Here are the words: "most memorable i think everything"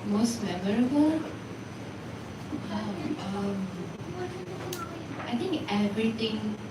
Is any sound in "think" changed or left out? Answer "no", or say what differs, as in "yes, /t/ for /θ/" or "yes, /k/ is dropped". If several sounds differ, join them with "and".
yes, /t/ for /θ/